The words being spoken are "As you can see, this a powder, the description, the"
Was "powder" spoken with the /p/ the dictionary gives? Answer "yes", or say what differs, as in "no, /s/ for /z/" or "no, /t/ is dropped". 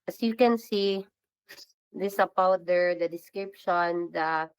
no, /b/ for /p/